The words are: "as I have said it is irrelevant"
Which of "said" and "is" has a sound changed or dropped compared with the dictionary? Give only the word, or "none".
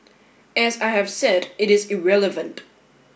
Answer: none